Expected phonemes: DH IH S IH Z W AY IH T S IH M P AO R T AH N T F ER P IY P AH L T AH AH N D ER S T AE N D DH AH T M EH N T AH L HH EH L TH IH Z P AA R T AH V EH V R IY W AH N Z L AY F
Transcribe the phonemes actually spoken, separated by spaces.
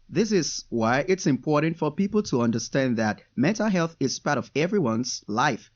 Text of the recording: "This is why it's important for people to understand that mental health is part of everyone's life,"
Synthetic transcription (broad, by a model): DH IH S IH Z W AY IH T S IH M P AO R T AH N T F ER P IY P L T AH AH N D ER S T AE N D DH AH T M EH N T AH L HH EH L TH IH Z P AA R T AH V EH V R IY W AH N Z L AY F